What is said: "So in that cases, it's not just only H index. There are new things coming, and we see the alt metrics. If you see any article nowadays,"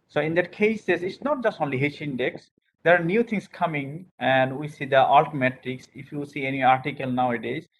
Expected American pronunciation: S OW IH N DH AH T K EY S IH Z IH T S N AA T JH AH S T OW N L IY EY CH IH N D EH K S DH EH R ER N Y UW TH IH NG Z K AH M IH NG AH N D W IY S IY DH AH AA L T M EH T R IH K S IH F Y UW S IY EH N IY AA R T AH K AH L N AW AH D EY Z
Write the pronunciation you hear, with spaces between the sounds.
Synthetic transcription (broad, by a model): S OW IH N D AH T K EY S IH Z IH T S N AA T JH AH S T OW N L IY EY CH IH N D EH K S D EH R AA N Y UW T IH NG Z K AH M IH NG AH N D W IY S IY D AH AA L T M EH T IH K S IH F Y UW S IY EH N IY AA R T AH K AH L N AW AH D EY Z